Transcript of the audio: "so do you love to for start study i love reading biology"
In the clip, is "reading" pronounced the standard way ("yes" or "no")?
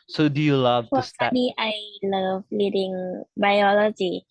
no